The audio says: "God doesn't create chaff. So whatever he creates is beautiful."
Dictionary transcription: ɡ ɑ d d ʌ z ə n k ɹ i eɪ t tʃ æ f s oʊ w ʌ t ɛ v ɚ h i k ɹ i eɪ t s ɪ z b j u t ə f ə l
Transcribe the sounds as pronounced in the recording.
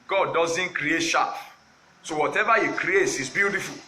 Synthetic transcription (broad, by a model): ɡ ɑ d d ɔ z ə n k ɹ i eɪ t ʃ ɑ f s oʊ w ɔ t ɛ v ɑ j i k ɹ i eɪ t s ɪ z b j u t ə f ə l